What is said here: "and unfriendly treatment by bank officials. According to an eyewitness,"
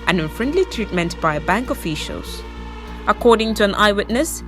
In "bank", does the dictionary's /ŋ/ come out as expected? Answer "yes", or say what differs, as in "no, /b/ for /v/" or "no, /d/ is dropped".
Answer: yes